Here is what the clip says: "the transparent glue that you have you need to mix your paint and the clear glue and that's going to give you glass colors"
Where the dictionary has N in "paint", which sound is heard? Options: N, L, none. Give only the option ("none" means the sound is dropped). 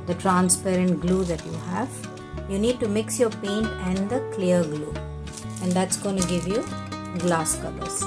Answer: N